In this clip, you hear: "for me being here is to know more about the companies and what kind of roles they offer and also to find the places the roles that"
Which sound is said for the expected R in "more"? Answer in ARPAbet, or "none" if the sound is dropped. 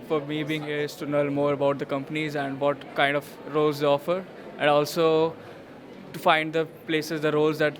R